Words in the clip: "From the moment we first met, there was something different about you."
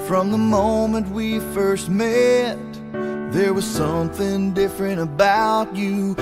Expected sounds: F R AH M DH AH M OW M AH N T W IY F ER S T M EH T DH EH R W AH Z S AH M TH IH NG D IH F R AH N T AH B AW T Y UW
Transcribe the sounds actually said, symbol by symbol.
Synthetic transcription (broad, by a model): F R AH M DH AH M OW M AH N T W IY F ER S T M EH T DH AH R W AH Z S AH M TH IH NG D IH F R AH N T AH B AW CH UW